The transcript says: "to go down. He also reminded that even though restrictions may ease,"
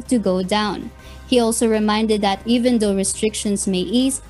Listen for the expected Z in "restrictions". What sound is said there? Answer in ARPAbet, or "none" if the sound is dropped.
S